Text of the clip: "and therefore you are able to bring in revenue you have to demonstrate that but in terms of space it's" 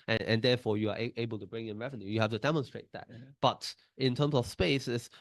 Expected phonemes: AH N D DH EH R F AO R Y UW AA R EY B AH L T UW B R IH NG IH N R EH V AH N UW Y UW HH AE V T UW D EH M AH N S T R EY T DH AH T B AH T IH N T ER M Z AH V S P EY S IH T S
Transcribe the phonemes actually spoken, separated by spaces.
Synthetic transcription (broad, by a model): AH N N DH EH F AO Y UW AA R EY B AH L T UW B R IH NG IH N R EH V AH N UW Y UW HH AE F T UW D EH M AH N S T R EY T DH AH T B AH T IH N T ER M S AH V S P EY S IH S